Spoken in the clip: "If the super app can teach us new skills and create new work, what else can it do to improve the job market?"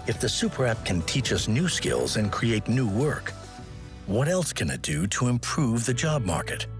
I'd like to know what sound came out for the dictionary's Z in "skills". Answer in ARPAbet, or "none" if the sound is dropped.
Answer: Z